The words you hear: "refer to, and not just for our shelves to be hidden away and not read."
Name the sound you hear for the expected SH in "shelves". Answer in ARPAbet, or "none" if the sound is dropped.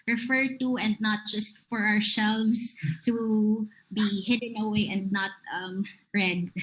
S